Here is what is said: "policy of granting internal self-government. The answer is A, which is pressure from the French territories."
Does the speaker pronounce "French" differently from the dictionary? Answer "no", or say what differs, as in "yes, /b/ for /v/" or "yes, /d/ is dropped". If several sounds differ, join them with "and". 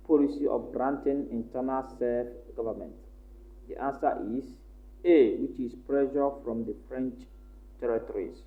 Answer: no